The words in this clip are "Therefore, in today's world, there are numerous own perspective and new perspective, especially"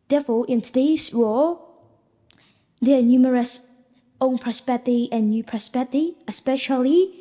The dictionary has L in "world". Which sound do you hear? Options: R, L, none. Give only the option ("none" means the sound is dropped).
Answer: none